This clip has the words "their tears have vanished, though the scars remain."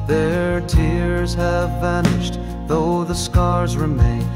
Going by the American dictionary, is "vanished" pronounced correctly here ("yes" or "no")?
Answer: yes